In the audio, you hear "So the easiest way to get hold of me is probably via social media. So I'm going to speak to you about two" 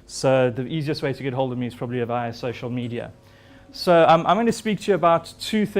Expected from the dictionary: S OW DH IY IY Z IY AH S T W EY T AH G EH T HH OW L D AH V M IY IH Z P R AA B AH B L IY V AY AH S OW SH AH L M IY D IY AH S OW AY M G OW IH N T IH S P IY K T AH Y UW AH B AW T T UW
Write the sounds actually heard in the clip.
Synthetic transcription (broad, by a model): S OW DH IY IY Z IY AH S T W EY T AH G EH T HH OW L D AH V M IY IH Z P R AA B AH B L IY V AY AH S OW SH AH L M IY D IY AH S OW AY M G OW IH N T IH S P IY K T AH Y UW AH B AW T T UW